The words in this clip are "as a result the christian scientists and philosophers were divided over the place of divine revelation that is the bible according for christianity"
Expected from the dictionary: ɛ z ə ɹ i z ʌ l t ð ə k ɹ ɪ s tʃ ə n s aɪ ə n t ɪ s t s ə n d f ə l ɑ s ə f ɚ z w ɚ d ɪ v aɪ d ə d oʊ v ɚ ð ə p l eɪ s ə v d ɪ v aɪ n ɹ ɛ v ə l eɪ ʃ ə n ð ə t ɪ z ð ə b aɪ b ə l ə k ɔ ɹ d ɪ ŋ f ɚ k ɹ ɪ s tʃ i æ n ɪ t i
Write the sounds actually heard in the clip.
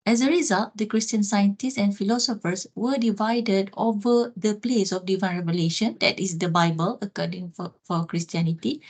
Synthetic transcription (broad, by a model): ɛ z ə ɹ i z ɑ l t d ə k ɹ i s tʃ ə n s aɪ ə n t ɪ s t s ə n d f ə l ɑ s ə f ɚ s w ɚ d ɪ v aɪ d ə d oʊ v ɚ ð ə p l eɪ s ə f d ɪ v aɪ n ɹ ɛ v ə l eɪ ʃ ə n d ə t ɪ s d ə b aɪ b ə l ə k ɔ d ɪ ŋ f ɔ k ɹ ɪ s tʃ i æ n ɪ t i